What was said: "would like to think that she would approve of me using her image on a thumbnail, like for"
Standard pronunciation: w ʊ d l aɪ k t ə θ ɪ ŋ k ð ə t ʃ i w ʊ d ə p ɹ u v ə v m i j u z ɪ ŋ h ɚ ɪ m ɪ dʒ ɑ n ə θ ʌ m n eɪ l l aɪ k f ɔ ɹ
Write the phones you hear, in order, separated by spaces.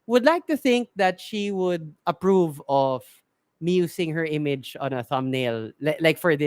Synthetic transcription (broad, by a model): w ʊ d l aɪ k t ə θ ɪ ŋ k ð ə t ʃ i w ʊ d ə p ɹ u v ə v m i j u s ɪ ŋ h ɚ ɪ m ɪ dʒ ɑ n ə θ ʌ m n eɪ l l aɪ k f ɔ ɹ